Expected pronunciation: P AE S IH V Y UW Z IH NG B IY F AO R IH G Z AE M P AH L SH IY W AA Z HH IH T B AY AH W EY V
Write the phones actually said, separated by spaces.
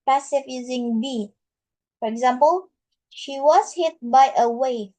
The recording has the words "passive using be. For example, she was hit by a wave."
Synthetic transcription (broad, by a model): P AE S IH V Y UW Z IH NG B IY F AO R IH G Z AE M P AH L SH IY W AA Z HH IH T B AY AH W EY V